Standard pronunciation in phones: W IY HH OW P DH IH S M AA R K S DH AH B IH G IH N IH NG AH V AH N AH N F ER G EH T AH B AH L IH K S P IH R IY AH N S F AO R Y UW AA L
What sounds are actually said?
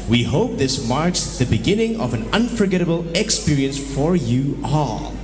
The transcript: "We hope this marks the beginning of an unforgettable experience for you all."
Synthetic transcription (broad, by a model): W IY HH OW P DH IH S M AA R K S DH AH B IH G IH N IH NG AH V AH N AH N F ER G EH T AH B AH L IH K S P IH R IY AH N S F AO R Y UW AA L